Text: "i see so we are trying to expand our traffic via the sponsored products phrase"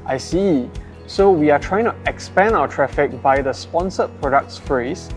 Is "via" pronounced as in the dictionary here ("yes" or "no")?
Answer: no